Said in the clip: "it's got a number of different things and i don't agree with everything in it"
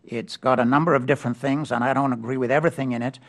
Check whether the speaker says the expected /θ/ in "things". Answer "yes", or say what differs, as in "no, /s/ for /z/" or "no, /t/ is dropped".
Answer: yes